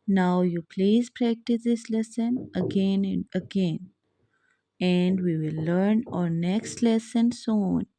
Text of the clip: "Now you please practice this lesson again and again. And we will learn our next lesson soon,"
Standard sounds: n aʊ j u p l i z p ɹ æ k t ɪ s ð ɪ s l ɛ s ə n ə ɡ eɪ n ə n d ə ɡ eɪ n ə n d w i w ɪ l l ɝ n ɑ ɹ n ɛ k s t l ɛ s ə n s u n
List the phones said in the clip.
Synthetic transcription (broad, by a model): n aʊ j u p l i z p ɹ æ k t ɪ s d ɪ s l ɛ s ə n ə ɡ eɪ n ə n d ə ɡ eɪ n ə n d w i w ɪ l l ɝ n ɑ ɹ n ɛ k s t l ɛ s ə n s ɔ n